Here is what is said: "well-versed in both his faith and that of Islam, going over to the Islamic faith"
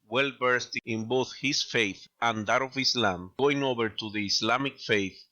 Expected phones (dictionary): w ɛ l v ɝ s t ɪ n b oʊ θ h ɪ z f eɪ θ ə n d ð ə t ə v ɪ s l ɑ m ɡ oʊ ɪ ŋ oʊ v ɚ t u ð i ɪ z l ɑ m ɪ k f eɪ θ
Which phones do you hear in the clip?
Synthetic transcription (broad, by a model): w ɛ l b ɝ s t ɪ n b oʊ θ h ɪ s f eɪ θ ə n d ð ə t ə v ɪ s l ɑ m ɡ oʊ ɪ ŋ oʊ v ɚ t u ð i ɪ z l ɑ m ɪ k f eɪ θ